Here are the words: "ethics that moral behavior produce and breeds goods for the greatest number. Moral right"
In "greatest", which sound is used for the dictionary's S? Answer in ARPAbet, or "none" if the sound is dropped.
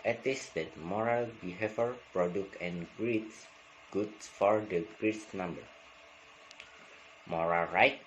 none